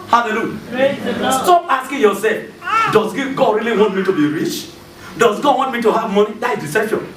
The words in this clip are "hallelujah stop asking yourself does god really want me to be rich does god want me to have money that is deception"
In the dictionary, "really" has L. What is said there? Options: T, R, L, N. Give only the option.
L